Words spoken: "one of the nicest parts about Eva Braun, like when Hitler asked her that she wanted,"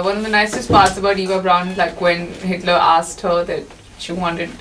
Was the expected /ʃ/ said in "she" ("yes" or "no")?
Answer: yes